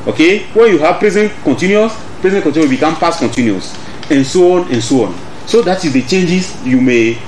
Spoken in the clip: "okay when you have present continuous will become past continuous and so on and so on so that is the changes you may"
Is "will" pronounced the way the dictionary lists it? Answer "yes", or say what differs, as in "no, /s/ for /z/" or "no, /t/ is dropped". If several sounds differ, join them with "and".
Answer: no, /w/ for /l/